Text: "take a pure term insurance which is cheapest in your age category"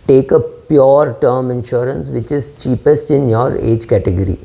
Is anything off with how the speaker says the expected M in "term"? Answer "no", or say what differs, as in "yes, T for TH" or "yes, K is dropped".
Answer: no